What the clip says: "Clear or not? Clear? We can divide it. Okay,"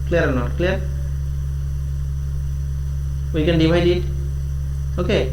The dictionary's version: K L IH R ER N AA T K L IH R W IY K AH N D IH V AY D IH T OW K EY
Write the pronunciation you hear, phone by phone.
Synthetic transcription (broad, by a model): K L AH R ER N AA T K L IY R W IY K AH N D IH W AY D IH T OW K EY